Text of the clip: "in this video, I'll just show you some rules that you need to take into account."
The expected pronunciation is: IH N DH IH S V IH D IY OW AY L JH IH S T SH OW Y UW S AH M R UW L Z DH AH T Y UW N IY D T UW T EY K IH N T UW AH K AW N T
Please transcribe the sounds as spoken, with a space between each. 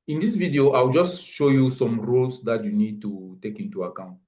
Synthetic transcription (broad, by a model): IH N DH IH S V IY D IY OW AY W JH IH S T SH OW Y UW S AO M R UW L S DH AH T Y UW N IY D T UW T EY K IH N T UW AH K AW N T